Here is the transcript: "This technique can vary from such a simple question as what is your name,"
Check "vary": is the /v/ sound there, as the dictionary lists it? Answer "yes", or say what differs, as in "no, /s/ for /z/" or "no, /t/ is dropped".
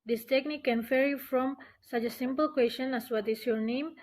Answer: no, /f/ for /v/